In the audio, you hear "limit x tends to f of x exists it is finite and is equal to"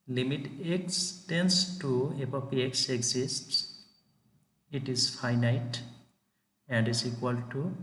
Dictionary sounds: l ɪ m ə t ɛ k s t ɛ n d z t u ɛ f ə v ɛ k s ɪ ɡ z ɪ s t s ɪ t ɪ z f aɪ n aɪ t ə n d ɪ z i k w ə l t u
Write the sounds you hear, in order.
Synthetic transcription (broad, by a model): l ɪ m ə t ɛ k s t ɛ n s t u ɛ p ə p ɛ k s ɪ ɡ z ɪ s t s ɪ t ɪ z f aɪ n aɪ t ə n d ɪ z i k w ə l t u